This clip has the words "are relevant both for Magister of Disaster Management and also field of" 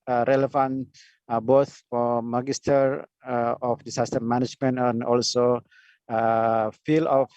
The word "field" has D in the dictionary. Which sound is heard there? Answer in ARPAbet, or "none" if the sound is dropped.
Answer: none